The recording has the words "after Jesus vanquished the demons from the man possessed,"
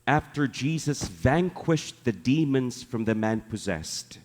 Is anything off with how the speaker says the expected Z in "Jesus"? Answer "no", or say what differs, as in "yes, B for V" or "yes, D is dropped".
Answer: no